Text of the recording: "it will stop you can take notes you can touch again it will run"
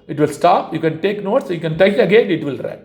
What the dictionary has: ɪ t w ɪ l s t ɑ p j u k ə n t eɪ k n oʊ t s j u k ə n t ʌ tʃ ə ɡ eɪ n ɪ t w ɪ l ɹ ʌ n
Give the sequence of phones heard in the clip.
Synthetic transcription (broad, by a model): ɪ t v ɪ l s t ɑ p j u k ə n t eɪ k n oʊ t s j u k ə n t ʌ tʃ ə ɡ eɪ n ɪ t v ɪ l ɹ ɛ